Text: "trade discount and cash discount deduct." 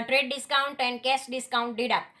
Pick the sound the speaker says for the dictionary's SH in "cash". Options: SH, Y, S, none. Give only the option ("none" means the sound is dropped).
S